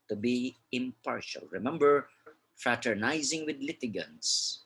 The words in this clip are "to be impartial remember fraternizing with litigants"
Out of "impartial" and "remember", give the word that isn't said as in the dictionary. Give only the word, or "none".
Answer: none